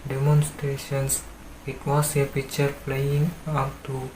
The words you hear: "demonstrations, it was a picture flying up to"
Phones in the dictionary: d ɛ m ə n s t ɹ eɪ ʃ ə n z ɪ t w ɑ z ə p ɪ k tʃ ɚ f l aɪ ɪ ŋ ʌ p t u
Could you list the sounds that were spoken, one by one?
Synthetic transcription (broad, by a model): d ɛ m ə n s t ɹ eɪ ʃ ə n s ɪ t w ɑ s ə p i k tʃ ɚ p l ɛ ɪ ŋ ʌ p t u